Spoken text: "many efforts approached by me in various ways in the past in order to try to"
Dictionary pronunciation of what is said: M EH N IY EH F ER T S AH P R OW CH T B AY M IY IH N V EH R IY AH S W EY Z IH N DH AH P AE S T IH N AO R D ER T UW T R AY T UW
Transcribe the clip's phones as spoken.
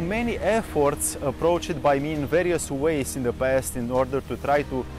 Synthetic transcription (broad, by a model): M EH N IY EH F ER T S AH P R OW CH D B AY M IY IH N V EH R IY AH S W EY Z IH N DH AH P AE S T IH N AO R D ER T UW T R AY T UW